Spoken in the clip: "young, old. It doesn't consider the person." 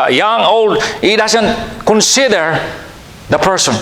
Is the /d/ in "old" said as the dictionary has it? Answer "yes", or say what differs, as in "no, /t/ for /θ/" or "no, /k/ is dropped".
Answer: yes